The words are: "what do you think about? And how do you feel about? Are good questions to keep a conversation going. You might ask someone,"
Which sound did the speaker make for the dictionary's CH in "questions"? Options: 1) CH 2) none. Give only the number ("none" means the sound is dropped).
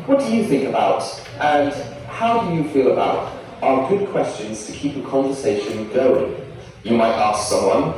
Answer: 1